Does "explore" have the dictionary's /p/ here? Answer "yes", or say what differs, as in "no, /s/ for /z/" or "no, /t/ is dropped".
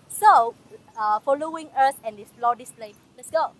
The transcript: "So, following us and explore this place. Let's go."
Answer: no, /f/ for /p/